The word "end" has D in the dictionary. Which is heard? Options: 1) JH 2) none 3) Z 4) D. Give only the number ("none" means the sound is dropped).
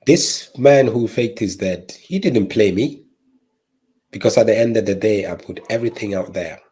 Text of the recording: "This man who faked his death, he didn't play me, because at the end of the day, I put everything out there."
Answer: 4